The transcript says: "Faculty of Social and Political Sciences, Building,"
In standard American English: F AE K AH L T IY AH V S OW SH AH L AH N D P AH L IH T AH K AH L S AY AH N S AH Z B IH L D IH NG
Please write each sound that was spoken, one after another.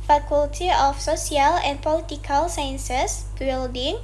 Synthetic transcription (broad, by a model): F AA K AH L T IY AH F S OW S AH L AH N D P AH L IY T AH K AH L S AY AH N S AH S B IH L D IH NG